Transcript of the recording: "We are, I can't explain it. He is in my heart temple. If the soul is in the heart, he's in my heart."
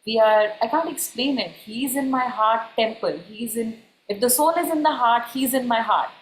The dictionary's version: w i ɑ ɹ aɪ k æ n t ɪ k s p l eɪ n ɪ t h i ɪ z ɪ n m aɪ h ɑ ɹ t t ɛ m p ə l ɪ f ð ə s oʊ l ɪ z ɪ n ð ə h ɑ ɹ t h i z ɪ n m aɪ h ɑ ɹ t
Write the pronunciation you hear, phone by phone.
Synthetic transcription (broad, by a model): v i ɑ ɹ aɪ k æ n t ɪ k s p l eɪ n ɪ t h i ɪ z ɪ n m aɪ h ɑ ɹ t t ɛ m p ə n ɪ f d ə s oʊ l ɪ z ɪ n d ə h ɑ ɹ t h i z ɪ n m aɪ h ɑ ɹ t